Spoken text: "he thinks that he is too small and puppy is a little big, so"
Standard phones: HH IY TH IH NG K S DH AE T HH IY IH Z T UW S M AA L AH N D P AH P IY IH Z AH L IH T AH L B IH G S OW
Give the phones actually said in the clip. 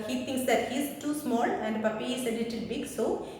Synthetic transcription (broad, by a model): HH IY T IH NG K S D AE T HH IY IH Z T UW S M AA L AH N D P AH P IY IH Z AH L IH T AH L B IH G S OW